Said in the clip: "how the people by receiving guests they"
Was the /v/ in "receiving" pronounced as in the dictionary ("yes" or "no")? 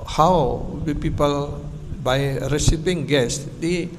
no